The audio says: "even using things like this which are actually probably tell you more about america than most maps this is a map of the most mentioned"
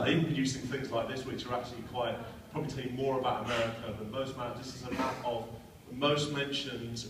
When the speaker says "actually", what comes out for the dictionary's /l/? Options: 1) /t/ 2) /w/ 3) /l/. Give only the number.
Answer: 2